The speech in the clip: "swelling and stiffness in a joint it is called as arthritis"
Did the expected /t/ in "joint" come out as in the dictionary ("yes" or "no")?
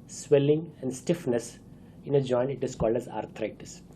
no